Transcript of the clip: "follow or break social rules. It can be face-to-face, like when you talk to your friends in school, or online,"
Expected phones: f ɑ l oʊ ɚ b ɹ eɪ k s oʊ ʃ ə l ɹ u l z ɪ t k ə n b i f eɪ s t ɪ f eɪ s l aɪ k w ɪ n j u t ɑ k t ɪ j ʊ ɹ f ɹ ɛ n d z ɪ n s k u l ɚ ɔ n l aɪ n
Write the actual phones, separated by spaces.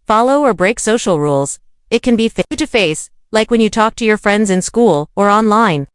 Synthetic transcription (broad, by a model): f ɑ l oʊ ɚ b ɹ eɪ k s oʊ ʃ l ɹ u l z ɪ t k ə n b i f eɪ t ɪ f eɪ s l aɪ k w ɪ n j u t ɑ k t ɪ j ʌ ɹ f ɹ ɛ n d z ɪ n s k u l ɚ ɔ n l aɪ n